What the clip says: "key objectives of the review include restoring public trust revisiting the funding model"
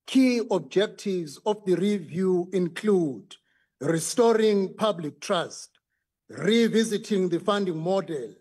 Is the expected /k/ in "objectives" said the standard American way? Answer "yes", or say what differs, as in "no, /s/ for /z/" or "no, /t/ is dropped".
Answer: yes